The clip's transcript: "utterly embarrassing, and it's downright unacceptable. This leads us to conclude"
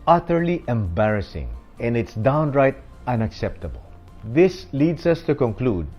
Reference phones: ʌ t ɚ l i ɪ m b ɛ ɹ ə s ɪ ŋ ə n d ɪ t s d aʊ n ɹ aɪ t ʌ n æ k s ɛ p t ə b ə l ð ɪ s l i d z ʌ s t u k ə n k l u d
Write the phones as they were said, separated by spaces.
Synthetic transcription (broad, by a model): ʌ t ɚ l i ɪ m b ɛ ɹ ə s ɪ ŋ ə n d ɪ t s d aʊ n ɹ aɪ t ʌ n æ k s ɛ p t ə b ə l ð ɪ s l i d s ʌ s t u k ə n k l u d